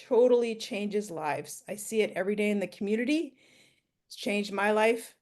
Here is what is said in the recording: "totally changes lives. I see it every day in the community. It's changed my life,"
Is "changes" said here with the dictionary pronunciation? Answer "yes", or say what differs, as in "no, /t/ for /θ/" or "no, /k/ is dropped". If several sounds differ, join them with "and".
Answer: yes